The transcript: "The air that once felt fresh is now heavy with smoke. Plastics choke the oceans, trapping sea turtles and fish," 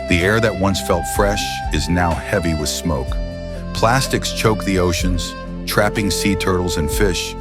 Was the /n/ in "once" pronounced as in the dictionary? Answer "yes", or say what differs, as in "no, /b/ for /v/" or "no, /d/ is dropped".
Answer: yes